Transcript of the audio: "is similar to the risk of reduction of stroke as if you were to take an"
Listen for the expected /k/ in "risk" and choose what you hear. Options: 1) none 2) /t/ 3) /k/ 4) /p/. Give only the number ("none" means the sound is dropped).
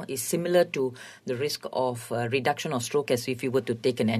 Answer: 3